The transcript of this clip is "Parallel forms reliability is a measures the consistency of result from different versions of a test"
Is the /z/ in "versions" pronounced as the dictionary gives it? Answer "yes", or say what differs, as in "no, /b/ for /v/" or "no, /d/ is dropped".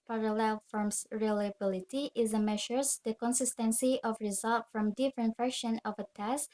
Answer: no, /z/ is dropped